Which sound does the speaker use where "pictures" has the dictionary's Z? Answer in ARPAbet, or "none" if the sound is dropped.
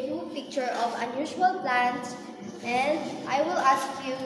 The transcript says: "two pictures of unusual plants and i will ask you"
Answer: none